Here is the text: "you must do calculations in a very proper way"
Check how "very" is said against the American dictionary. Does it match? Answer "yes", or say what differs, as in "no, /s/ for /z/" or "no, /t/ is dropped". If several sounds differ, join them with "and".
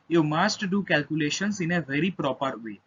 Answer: yes